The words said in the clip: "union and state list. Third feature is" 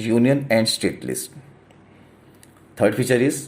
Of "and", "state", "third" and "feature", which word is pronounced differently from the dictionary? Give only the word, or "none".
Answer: third